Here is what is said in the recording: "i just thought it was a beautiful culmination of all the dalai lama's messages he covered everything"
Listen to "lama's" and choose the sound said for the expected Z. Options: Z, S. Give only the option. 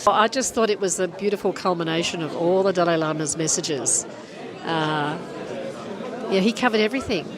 Z